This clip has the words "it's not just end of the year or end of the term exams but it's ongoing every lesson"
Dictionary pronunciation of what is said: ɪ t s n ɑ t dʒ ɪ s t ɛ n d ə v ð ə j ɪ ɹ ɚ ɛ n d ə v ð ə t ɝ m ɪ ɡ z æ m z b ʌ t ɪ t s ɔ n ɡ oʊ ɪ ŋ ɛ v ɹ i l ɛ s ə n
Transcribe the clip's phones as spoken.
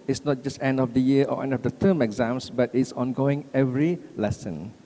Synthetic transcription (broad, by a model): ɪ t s n ɑ t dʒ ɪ s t ɛ n d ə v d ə j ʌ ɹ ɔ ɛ n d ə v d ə t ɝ m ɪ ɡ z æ m s b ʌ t ɪ t s ɔ n ɡ oʊ ɪ ŋ ɛ v ɹ i l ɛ s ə n